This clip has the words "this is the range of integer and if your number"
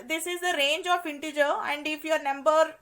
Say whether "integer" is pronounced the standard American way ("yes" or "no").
yes